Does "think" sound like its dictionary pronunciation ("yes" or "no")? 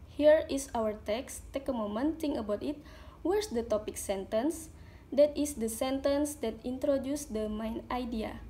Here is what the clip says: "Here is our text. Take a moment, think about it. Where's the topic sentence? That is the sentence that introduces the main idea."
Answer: no